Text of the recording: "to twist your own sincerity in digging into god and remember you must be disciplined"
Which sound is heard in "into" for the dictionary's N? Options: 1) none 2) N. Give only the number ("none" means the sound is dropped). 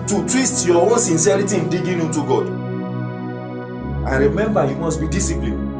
1